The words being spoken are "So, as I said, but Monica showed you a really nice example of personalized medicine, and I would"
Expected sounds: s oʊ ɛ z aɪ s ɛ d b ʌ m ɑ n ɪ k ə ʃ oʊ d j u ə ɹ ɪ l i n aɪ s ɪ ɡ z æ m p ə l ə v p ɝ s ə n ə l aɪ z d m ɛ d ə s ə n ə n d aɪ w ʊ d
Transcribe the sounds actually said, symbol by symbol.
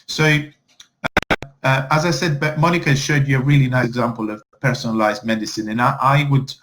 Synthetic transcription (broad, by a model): s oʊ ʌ z aɪ s ɛ d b m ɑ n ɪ k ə ʃ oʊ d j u ə ɹ ɪ l i n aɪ ɪ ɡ z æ m p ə l ə v p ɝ s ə n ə l aɪ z m ɛ d ə s ə n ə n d aɪ w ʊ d